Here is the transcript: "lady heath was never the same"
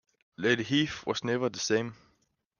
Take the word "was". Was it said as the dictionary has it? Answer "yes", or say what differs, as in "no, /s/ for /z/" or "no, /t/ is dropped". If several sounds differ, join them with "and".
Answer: no, /s/ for /z/